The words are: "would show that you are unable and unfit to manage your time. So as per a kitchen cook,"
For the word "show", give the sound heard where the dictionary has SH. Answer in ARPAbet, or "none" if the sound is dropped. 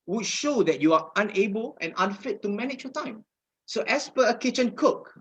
SH